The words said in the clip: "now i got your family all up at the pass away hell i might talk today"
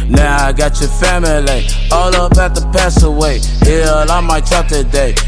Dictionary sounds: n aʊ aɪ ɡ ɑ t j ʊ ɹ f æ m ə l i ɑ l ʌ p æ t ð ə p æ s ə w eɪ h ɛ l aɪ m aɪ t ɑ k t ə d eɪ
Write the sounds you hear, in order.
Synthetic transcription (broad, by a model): n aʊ aɪ ɡ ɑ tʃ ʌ f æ m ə l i ɑ l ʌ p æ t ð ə p æ s ə w eɪ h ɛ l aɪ m aɪ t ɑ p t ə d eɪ